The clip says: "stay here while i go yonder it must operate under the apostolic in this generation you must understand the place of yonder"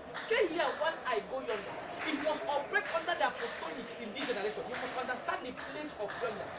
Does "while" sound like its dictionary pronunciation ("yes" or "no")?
no